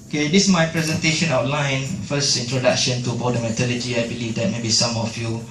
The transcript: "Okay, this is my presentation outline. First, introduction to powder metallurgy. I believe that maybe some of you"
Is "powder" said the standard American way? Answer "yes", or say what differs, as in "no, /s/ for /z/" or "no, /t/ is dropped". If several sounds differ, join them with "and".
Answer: no, /b/ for /p/